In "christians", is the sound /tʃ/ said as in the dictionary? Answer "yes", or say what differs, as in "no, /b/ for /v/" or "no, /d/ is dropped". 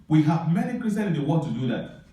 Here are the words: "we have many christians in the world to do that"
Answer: no, /tʃ/ is dropped